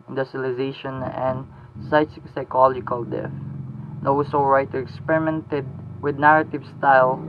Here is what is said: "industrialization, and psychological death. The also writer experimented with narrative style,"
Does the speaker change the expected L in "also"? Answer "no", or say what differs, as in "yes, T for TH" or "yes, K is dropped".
yes, W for L